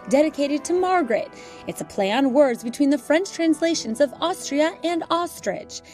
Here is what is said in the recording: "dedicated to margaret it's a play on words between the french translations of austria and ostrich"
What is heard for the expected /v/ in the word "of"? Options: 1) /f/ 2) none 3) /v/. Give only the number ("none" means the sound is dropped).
3